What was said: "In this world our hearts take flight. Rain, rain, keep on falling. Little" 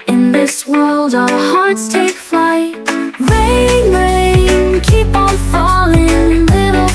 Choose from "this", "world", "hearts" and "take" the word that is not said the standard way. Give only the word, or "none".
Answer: none